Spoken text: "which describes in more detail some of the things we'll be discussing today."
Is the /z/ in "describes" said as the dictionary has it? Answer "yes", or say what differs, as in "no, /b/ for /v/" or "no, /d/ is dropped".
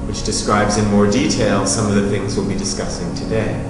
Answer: yes